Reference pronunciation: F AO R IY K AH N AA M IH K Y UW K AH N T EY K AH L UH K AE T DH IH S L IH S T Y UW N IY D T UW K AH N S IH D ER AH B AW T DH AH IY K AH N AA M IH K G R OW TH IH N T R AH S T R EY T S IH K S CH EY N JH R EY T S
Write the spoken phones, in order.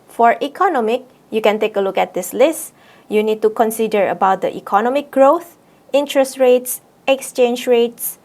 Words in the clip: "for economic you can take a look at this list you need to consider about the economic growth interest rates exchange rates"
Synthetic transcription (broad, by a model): F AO R IY K AH N AA M IH K Y UW K AH N T EY K AH L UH K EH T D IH S L IH S T Y UW N IY D T UW K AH N S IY D ER AH B AW T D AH IY K AH N AA M IH K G R OW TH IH N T R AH S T R EY T S IH K S CH EY N JH R EY T S